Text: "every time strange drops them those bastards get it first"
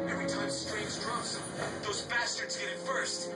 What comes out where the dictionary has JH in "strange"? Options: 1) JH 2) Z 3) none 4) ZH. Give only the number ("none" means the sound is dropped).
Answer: 2